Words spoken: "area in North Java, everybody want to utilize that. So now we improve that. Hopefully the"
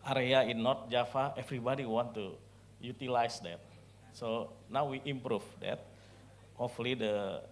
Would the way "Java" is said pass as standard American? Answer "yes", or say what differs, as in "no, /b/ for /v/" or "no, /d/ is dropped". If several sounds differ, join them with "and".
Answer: no, /f/ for /v/